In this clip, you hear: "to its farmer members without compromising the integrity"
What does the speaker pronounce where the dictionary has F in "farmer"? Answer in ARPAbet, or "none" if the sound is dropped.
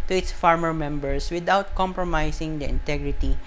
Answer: F